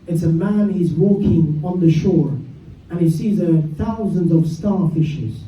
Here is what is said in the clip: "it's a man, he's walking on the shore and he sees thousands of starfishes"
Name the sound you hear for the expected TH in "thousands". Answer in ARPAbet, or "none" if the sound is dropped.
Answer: TH